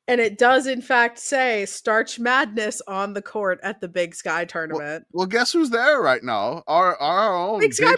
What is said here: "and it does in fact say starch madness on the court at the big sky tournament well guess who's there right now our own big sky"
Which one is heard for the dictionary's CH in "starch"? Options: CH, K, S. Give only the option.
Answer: CH